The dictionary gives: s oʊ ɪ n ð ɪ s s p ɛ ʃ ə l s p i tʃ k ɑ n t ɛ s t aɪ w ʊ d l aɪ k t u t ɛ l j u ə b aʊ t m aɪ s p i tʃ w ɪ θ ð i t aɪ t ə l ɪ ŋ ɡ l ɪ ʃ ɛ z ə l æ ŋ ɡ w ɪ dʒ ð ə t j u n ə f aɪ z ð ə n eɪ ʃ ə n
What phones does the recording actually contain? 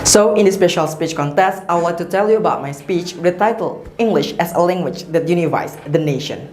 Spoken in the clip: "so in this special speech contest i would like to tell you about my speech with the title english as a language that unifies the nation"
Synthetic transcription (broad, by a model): s oʊ ɪ n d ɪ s s p ɛ ʃ ə l s p i tʃ k ɑ n t ɛ s t aɪ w l aɪ k t u t ɛ l j u ə b aʊ t m aɪ s p i tʃ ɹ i t aɪ t ə l ɪ ŋ ɡ l ɪ ʃ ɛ s ə l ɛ ŋ ɡ w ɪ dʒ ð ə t j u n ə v aɪ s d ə n eɪ ʃ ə n